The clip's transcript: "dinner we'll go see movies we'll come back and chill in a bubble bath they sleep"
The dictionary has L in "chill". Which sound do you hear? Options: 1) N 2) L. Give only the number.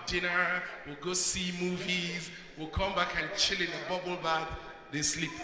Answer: 2